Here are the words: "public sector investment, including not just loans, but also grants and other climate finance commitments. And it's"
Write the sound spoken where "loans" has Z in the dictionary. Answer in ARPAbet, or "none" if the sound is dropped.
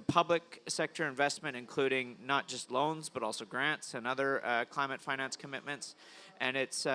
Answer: Z